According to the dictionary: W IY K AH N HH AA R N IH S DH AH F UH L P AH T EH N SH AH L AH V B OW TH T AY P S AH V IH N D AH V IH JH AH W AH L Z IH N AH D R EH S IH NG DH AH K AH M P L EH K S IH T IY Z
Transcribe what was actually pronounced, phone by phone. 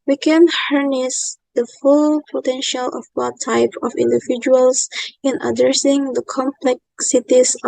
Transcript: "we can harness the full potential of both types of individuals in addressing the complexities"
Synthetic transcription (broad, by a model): W IY K AH N HH AA R N IH S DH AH F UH L P AH T EH N SH AH L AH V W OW T AY P AH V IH N D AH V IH JH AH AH L S IH N AH D R EH S IH NG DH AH K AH M P L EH K S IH T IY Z